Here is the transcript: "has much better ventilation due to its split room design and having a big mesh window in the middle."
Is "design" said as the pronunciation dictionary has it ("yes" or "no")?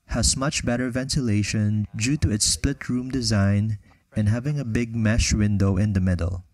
yes